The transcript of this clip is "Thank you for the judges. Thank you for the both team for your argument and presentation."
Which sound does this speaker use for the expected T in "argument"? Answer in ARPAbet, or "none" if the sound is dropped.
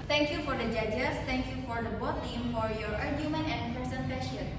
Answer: none